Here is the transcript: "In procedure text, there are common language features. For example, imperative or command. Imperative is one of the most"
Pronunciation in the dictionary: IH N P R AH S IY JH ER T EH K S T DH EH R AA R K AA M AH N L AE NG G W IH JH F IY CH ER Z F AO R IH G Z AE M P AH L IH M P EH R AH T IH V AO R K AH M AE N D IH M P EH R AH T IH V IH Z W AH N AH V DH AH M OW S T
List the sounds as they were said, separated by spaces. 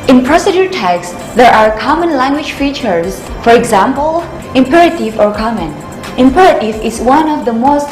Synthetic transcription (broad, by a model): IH N P R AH S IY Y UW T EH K S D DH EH R AA R K AA M AH N L AE NG G W IH JH F IY CH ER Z F AO R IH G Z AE M P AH L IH M P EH R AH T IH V AO R K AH M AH N IH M P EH R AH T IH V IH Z W AH N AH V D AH M OW S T